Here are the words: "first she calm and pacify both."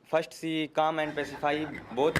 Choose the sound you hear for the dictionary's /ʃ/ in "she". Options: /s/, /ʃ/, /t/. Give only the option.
/s/